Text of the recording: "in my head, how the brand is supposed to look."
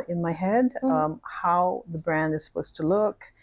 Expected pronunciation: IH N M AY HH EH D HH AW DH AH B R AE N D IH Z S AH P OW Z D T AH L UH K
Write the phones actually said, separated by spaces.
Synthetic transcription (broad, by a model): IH N M AY HH EH D HH AW DH AH B R AE N D IH Z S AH P OW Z T AH L UH K